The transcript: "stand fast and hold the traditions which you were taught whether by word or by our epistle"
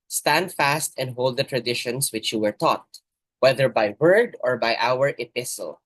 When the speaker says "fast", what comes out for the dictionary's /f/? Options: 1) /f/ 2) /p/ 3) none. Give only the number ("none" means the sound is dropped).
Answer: 1